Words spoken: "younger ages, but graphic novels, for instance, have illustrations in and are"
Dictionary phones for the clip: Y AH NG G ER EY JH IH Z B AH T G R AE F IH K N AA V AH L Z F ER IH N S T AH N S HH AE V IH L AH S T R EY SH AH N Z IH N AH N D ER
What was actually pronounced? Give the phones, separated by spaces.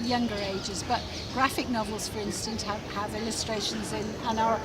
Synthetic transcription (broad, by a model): Y AH NG G ER EY JH IH Z B AH T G R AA F IH K N AA V AH L Z F ER IH N S T AH N S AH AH V IH L AH S T R EY SH AH N Z IH N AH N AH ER